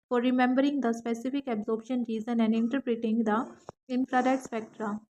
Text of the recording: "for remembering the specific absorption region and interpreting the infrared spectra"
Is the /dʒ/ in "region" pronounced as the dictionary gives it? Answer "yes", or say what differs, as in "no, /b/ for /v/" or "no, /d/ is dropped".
no, /z/ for /dʒ/